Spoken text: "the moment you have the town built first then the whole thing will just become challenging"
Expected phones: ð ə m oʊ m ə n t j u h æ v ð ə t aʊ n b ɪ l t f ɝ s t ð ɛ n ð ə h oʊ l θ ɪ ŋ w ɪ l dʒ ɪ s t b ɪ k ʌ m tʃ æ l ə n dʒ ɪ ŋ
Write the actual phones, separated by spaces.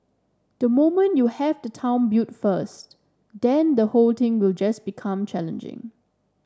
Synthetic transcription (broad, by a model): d ə m oʊ m ə n t j u h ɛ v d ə t aʊ n b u t f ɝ s t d ɛ n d ə h oʊ l t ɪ ŋ w ɪ l dʒ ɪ s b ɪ k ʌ m tʃ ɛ l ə n dʒ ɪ ŋ